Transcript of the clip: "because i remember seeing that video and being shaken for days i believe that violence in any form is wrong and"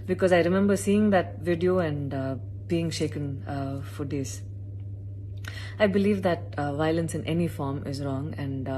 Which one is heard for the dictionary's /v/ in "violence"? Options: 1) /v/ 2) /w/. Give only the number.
1